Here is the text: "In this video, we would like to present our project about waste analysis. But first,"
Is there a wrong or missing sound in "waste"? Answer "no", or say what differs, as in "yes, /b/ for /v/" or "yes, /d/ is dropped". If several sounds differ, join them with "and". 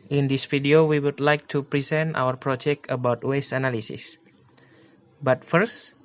yes, /t/ is dropped